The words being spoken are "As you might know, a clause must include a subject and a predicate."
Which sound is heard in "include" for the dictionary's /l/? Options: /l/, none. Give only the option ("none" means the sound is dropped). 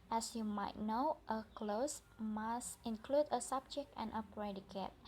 /l/